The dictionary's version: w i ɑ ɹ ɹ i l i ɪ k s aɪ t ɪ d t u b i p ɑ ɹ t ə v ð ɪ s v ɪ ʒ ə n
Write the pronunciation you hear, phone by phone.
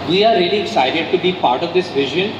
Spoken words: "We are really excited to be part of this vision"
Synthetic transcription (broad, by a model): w i ɑ ɹ ɹ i l i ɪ s aɪ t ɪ d t u b i p ɑ ɹ t ə v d ɪ s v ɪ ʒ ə n